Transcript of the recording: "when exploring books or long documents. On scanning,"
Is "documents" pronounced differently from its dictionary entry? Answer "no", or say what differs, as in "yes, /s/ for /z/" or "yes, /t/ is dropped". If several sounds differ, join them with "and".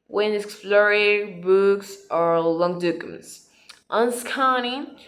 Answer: yes, /s/ is dropped